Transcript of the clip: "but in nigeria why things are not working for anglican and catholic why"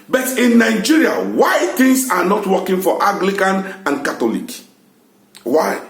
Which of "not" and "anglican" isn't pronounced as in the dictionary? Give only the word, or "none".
anglican